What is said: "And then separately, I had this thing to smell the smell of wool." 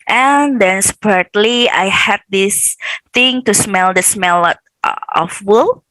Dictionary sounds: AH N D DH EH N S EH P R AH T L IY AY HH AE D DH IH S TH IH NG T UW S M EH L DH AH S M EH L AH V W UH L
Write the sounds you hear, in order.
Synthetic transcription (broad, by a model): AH N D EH N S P AH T L IY AY HH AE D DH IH S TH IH NG T UW S M EH L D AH S M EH L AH F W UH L